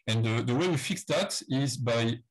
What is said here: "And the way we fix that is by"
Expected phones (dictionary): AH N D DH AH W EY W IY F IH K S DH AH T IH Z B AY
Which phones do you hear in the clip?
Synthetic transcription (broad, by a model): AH N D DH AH W EY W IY F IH K S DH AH T IH Z B AY